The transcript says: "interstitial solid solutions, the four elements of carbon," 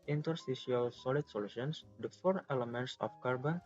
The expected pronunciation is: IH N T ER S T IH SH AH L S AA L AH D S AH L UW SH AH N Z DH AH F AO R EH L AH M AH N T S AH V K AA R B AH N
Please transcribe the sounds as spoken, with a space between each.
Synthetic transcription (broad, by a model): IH N T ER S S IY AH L S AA L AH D S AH L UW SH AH N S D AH F AO R EH L AH M AH N T S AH F K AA R B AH N